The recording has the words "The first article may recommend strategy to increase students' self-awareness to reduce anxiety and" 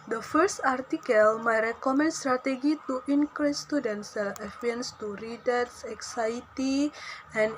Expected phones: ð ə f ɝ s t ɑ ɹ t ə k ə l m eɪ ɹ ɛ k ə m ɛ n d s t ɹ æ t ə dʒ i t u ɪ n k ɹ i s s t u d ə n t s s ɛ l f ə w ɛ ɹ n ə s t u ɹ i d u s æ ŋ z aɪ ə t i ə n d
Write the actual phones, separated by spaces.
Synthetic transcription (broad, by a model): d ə f ɝ s t ɑ ɹ t ə k ə l m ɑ ɹ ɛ k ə m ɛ n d s t ɹ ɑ t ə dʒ i t u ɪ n k ɹ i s s t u d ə n t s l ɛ f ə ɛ n s t u ɹ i d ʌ s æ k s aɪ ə t i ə n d